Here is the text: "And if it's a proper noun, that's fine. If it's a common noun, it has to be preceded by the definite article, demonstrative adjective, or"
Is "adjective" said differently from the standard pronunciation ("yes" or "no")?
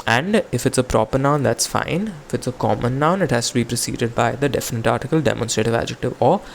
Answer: no